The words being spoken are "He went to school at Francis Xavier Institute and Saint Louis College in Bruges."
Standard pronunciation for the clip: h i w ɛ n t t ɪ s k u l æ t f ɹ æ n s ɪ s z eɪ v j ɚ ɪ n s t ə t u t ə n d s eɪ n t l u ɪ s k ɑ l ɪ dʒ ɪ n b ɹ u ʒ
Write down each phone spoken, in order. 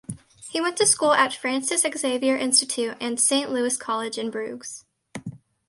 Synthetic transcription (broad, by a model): h i w ɛ n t t ɪ s k u l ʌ t f ɹ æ n s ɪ s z eɪ v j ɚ ɪ n s t ə t u t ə n s eɪ n t l u ɪ s k ɑ l ɪ dʒ ɪ n b ɹ u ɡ